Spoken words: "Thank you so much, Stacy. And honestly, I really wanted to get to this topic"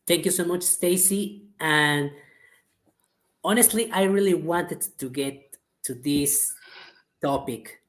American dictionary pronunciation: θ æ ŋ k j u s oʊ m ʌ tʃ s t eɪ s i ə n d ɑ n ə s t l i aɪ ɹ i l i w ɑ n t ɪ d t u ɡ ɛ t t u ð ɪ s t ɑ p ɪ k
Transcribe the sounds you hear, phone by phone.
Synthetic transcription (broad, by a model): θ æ ŋ k j u s oʊ m ʌ tʃ s t eɪ s i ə n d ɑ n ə s t l i aɪ ɹ i l i w ɑ n t ɪ d t u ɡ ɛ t t u ð ɪ s t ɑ p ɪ k